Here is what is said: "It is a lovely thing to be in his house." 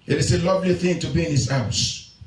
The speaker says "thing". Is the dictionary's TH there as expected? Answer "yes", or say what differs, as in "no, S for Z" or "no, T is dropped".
yes